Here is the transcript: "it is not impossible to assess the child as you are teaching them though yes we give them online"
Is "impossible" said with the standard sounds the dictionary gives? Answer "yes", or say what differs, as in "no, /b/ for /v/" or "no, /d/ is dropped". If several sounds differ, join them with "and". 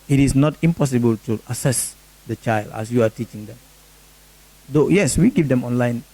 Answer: yes